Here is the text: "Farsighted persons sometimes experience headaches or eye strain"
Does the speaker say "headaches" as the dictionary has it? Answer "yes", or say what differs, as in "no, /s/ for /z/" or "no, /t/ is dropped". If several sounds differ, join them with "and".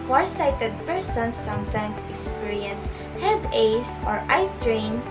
no, /k/ is dropped